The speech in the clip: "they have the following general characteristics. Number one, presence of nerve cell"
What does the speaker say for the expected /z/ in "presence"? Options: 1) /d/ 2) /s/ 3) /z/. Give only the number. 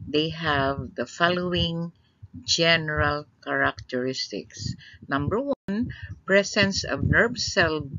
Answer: 2